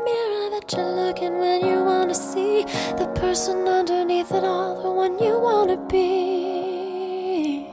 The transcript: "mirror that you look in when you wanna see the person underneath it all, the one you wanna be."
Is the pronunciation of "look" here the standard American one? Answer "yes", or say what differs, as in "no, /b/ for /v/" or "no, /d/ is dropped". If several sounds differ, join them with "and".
yes